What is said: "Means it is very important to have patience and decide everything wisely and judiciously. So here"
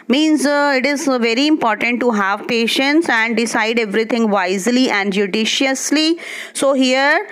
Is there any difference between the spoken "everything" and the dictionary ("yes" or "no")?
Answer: yes